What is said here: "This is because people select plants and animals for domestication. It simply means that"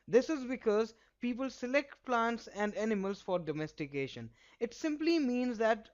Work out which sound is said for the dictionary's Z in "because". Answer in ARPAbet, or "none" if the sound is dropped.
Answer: Z